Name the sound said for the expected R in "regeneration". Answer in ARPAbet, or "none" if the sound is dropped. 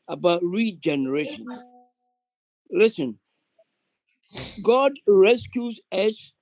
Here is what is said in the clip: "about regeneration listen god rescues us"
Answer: R